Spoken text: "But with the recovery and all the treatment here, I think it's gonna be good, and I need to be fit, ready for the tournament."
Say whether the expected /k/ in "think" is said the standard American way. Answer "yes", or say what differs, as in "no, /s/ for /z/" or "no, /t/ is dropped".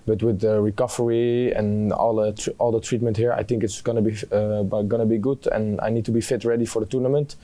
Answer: yes